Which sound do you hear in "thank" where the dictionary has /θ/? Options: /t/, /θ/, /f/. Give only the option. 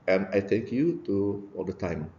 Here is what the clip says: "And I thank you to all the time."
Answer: /t/